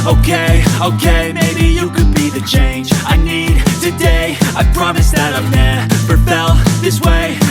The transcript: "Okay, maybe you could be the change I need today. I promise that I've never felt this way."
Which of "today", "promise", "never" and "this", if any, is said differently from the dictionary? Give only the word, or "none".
never